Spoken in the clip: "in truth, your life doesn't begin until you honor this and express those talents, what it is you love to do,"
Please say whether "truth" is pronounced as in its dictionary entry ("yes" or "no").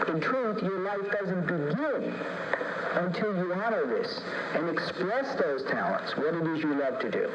yes